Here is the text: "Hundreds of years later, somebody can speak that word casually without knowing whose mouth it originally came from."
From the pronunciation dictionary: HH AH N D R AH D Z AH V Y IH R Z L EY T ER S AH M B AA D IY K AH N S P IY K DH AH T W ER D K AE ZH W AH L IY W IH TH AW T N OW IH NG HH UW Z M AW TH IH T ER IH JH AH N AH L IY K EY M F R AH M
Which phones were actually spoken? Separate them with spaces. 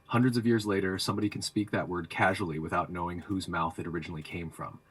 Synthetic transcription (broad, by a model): HH AH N D R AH D Z AH V Y IH R Z L EY T ER S AH M B AA D IY K N S P IY K DH AH T W ER D K AE ZH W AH L IY W IH TH AW T N OW IH NG HH UW Z M AW TH IH T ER IH JH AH N L IY K EY M F R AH M